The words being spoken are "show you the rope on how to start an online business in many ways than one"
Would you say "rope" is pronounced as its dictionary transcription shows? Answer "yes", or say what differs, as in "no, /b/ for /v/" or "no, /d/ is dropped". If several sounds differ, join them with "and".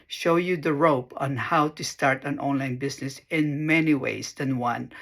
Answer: yes